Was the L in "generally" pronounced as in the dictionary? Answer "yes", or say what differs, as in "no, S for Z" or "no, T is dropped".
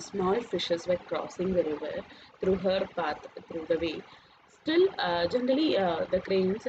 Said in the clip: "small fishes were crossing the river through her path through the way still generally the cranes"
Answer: yes